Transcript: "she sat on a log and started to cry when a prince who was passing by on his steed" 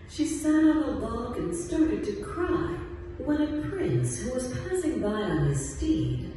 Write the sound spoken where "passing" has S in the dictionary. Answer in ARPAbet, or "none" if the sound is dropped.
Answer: S